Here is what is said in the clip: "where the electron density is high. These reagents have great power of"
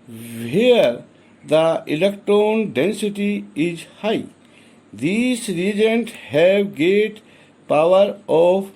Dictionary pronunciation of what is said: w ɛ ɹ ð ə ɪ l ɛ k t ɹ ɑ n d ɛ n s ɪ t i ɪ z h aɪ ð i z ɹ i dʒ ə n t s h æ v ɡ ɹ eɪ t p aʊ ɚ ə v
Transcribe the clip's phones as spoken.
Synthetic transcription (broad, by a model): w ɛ ɹ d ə ɪ l ɛ k t ɹ ɑ n d ɛ n s ɪ t i ɪ z h aɪ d i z ɹ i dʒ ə n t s h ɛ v ɡ eɪ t p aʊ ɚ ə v